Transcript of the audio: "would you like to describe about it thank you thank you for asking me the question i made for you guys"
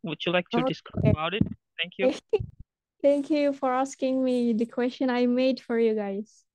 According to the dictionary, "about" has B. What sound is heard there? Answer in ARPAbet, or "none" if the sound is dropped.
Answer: none